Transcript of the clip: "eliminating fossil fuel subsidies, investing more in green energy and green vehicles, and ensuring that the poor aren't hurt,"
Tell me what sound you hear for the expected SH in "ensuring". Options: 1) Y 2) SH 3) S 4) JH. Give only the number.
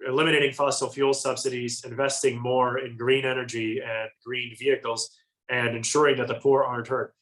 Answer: 2